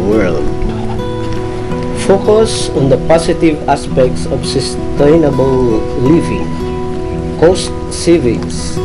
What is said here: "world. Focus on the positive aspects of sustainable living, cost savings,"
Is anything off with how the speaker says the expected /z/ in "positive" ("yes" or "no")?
yes